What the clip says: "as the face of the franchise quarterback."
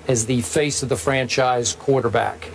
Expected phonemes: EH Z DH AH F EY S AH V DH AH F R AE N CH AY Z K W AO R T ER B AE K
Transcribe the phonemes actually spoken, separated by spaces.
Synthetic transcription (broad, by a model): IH Z DH AH F EY S AH V DH AH F R AE N CH AY Z K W AO R T ER B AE K